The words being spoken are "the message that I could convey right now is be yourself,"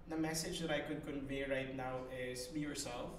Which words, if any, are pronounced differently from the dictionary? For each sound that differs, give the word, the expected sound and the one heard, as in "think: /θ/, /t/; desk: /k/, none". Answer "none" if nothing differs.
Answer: none